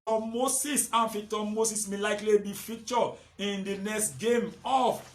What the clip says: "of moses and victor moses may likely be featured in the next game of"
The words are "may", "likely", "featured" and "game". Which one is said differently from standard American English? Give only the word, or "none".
featured